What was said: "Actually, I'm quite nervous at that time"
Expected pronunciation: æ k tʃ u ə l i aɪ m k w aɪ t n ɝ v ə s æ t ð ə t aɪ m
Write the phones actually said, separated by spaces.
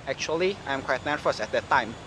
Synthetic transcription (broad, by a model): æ k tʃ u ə l i aɪ m k w aɪ t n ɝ f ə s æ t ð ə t aɪ m